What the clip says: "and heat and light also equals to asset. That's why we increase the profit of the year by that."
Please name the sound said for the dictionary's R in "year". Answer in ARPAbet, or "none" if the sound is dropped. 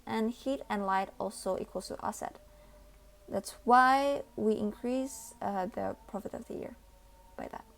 R